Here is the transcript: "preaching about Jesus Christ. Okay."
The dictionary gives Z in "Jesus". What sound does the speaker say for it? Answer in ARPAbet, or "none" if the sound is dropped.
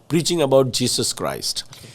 S